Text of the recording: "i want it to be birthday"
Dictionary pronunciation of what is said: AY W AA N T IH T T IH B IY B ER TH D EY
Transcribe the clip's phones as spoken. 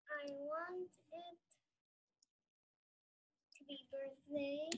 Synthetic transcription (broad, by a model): AY W AA N T IH T T IH B IY B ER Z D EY